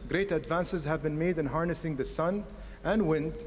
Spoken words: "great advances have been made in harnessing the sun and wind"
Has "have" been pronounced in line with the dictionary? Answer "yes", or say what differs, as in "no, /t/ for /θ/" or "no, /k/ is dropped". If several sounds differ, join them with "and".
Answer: yes